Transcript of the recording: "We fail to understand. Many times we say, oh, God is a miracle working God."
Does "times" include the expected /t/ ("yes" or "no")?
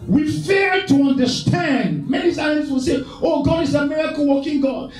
no